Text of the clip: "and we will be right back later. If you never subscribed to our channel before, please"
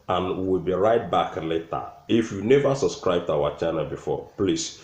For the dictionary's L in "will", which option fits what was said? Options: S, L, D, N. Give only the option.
L